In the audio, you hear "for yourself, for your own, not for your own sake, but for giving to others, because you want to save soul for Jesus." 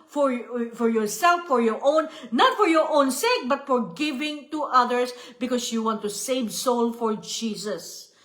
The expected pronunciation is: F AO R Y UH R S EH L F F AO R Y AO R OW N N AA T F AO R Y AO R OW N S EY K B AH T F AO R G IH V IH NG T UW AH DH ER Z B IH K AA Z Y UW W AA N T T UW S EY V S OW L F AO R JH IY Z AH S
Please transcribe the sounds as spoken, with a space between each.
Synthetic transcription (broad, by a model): F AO R Y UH R S EH L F F AO R Y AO R OW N N AA T F AO R Y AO R OW N S EY K B AH T F AO R G IH V IH NG T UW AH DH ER S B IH K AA S Y UW W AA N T T UW S EY V S OW L F AO R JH IY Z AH S